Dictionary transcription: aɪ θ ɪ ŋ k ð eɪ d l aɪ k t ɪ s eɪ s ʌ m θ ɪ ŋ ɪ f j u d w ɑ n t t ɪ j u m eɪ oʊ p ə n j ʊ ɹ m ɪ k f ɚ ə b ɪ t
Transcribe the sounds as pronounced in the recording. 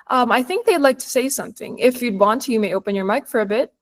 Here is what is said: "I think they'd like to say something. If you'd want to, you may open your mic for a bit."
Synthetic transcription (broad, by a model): aɪ θ ɪ ŋ k ð eɪ d l aɪ k t ɪ s eɪ s ʌ m θ ɪ ŋ ɪ f j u d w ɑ n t t ɪ j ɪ m eɪ oʊ p ə n j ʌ ɹ m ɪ k f ɚ ə b ɪ t